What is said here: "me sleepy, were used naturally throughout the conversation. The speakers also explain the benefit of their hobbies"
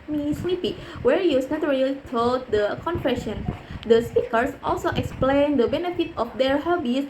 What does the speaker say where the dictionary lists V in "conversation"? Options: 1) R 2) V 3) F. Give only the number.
3